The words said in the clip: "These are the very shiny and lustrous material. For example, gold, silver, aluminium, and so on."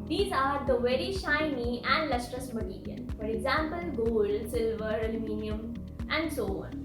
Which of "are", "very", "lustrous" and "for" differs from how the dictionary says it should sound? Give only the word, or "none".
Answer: none